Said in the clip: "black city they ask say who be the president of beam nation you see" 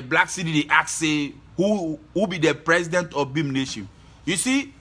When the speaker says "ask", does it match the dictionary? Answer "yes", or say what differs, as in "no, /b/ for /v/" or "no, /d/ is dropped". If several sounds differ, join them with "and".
no, /s/ is dropped